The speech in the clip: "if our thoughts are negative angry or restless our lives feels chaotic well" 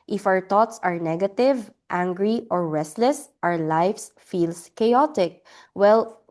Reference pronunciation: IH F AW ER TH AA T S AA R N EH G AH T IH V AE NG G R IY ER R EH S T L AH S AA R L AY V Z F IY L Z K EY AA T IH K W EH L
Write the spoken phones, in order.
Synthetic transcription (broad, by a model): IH F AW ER T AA T S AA R N EH G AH T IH V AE NG G R IY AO R EH S T L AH S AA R L AY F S F IY L S K EY AA T IH K W EH L